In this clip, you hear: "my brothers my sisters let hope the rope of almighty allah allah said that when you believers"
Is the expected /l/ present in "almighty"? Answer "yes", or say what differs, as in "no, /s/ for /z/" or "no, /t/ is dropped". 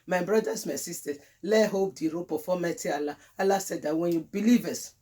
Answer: no, /l/ is dropped